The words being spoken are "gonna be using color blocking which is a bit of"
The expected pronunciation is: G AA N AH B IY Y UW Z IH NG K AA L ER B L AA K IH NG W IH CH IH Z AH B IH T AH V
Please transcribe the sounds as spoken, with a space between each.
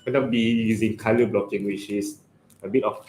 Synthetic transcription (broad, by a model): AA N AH B IY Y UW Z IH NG K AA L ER B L AA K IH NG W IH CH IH S AH B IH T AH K